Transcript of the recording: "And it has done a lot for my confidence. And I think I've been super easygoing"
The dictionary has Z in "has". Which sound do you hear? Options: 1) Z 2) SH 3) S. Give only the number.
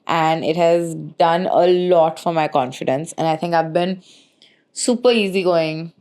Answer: 1